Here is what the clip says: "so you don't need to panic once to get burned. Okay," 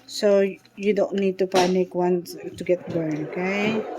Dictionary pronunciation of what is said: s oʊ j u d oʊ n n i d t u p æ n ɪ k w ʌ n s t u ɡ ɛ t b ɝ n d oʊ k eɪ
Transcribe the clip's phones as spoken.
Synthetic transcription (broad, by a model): s oʊ j u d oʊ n n i d t u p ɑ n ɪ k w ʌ n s t u ɡ ɛ t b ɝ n oʊ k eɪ